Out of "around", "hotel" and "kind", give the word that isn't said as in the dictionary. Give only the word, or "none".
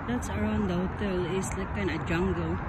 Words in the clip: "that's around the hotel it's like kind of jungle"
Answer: kind